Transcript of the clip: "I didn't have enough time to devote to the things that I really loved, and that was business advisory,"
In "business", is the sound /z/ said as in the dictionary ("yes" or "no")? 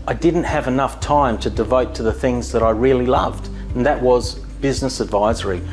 yes